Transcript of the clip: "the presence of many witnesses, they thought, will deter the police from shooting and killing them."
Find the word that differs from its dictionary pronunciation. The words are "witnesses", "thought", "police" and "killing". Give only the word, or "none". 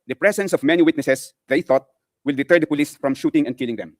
witnesses